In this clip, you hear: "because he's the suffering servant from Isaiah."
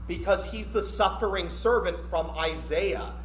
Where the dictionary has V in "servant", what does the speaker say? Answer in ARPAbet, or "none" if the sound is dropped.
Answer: V